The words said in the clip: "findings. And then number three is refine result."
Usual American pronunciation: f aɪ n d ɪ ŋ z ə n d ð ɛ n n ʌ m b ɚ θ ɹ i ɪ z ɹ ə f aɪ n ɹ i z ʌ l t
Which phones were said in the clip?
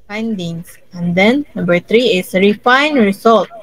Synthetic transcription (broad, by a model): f aɪ n d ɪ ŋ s ə n d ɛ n n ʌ m b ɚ t ɹ i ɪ s ɹ ə f aɪ n ɹ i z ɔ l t